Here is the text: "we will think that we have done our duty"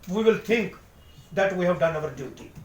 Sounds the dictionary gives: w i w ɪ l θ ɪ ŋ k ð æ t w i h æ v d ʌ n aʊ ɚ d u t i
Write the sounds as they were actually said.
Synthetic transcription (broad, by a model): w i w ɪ l t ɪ ŋ k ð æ t w i h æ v d ʌ n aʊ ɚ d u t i